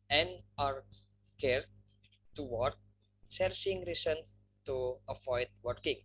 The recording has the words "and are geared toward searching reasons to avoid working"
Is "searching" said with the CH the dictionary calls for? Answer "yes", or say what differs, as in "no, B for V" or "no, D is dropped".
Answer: no, S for CH